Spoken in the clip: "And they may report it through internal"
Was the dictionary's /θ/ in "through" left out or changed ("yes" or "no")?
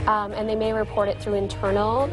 no